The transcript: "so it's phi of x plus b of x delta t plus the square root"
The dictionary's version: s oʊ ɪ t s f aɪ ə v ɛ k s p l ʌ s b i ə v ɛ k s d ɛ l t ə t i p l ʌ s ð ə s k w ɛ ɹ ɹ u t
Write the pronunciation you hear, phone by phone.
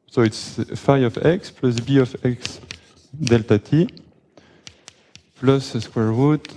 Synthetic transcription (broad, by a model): s oʊ ɪ t s f aɪ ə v ɛ k s p l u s b i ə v ɛ k s d ɛ l t ə t i p l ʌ s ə s k w ɛ ɹ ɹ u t